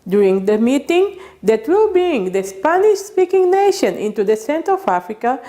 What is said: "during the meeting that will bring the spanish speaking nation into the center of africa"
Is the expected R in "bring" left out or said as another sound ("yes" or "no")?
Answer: yes